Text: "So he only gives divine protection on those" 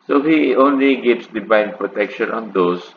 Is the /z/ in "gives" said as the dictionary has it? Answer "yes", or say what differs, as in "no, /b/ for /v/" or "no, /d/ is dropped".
no, /s/ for /z/